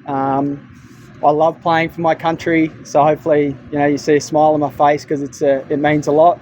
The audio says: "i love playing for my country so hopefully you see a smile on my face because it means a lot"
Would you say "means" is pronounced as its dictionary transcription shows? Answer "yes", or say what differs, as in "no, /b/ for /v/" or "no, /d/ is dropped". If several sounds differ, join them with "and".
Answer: yes